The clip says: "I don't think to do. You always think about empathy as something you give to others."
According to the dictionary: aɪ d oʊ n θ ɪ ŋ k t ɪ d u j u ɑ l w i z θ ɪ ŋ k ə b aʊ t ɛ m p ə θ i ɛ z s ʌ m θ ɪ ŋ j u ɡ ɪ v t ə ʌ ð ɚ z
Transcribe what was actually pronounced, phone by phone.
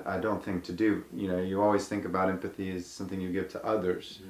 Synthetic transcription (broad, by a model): aɪ d oʊ n θ ɪ ŋ k t ɪ d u j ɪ ɑ l w i z θ ɪ ŋ k ə b aʊ t ɛ m p ə θ i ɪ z s ʌ m θ ɪ ŋ j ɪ ɡ ɪ v t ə ʌ ð ɚ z